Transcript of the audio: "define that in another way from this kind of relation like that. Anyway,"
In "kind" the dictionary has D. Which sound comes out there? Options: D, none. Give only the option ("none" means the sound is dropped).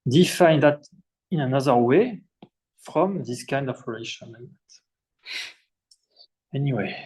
D